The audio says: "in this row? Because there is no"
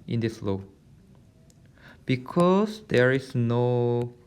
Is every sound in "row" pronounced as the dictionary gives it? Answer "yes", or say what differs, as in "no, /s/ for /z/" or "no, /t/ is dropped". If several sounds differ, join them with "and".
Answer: no, /l/ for /ɹ/